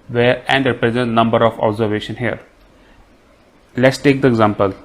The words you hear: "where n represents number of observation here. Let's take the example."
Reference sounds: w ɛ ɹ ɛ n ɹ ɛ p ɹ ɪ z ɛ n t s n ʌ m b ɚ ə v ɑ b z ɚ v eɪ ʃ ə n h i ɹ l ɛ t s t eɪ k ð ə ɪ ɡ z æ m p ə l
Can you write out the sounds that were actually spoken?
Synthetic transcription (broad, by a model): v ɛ ɹ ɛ n ɹ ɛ p ɹ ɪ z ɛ n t n ʌ m b ɚ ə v ɑ b z ɚ v eɪ ʃ ə n h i ɹ l ɛ t s t eɪ k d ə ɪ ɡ z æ m p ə l